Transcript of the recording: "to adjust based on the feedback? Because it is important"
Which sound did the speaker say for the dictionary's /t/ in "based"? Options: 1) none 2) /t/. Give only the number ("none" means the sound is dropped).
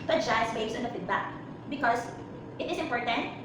1